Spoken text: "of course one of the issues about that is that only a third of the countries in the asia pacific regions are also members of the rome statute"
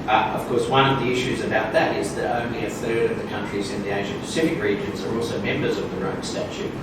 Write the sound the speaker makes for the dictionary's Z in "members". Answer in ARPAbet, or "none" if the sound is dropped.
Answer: Z